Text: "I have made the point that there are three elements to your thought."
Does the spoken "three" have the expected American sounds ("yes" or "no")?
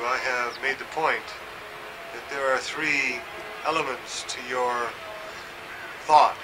yes